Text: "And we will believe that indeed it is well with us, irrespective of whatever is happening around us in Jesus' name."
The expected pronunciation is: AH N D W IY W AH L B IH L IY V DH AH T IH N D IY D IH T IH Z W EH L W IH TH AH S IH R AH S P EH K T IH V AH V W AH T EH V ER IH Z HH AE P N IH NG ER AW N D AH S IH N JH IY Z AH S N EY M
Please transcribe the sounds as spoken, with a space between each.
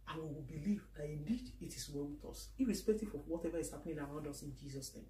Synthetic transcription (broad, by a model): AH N W IY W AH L B IH L IY V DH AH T IH N D IY D IH T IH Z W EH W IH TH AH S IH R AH S P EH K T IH F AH W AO T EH V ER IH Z HH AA P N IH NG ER AW N D AH S IH N JH IY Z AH S N EY M